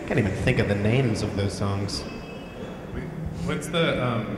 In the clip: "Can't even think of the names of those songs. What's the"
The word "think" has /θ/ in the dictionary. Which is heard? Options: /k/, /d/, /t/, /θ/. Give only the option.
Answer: /θ/